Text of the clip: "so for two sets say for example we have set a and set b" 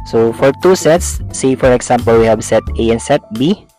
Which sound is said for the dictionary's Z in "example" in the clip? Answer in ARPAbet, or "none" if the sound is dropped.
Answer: S